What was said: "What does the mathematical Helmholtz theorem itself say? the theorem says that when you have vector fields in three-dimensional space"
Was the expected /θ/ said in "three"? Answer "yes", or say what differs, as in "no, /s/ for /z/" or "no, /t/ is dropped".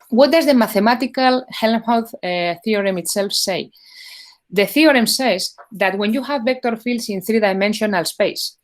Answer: yes